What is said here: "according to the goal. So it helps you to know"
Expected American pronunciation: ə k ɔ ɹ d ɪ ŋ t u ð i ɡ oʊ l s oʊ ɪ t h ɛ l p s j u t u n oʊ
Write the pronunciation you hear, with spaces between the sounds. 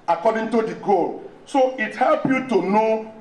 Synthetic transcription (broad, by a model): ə k ɔ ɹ d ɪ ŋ t u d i ɡ oʊ l s oʊ ɪ t h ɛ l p j u t u n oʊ